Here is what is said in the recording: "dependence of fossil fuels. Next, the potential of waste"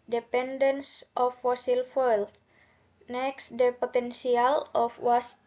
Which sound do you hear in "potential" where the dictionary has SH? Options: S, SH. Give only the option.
S